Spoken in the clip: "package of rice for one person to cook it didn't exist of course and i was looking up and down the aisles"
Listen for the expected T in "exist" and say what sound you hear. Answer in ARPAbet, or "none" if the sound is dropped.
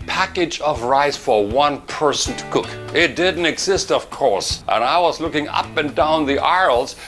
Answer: T